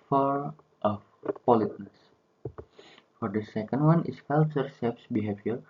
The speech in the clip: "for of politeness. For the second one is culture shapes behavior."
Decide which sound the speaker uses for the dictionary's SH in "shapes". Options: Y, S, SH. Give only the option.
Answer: S